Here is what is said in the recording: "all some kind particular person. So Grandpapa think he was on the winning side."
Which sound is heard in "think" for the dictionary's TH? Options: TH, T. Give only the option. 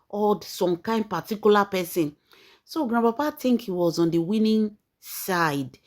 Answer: T